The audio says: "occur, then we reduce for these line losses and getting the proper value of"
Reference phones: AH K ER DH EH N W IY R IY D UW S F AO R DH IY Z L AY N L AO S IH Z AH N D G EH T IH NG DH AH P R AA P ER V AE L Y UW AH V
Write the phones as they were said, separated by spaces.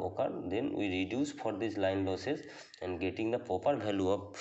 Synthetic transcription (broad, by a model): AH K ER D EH N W IY R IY D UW S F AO R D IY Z L AY N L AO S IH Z AH N D G EH T IH NG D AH P AA P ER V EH L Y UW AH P